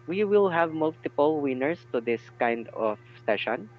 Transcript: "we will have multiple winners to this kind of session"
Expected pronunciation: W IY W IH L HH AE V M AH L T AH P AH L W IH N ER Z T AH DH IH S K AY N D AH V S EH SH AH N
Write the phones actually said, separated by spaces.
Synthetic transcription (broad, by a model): W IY W IH L HH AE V M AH L T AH P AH L W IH N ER S T AH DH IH S K AY N D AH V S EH SH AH N